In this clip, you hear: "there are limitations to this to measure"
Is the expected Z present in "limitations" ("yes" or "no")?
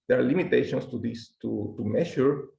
no